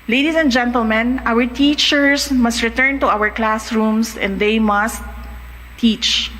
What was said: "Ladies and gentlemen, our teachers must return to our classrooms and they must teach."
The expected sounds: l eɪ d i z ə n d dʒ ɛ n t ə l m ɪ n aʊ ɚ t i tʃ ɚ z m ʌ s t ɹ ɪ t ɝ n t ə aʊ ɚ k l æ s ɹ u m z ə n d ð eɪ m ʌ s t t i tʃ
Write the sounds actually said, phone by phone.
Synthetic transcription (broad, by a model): l eɪ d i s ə n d dʒ ɛ n t ə l m ɪ n aʊ ɚ t i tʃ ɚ s m ʌ s t ɹ ɪ t ɝ n t ə aʊ ɚ k l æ s ɹ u m s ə n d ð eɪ m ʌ s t t i tʃ